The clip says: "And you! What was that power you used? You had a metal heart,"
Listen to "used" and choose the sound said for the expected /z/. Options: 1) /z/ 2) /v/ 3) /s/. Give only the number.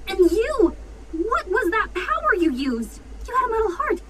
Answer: 1